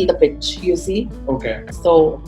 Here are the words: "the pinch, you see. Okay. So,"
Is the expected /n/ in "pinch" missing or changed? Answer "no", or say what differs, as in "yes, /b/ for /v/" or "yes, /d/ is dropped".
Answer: yes, /n/ is dropped